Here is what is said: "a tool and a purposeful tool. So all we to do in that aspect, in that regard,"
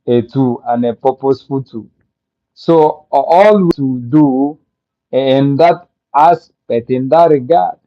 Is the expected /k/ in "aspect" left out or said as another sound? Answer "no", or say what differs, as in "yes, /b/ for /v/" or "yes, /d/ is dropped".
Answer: yes, /k/ is dropped